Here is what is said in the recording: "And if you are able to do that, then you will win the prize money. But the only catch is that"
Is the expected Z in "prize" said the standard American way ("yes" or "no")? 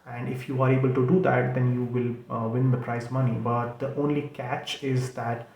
no